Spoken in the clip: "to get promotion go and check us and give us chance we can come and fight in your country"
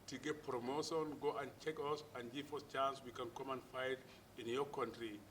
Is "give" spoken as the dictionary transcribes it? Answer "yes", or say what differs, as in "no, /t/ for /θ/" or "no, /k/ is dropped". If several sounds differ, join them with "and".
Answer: no, /f/ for /v/